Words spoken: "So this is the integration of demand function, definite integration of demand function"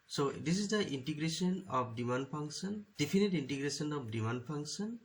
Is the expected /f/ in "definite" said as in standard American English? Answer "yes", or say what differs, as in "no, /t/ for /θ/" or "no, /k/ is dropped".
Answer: no, /p/ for /f/